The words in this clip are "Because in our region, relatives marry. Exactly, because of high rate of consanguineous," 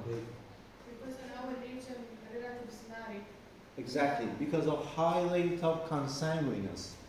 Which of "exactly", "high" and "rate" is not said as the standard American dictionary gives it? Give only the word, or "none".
rate